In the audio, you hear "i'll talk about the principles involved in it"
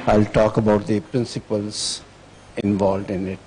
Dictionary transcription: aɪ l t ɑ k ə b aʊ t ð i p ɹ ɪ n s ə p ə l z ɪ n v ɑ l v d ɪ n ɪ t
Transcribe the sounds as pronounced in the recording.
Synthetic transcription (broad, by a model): aɪ l t ɑ k ə b aʊ t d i p ɹ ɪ n s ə p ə l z ɪ n v ɑ l v d ɪ n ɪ t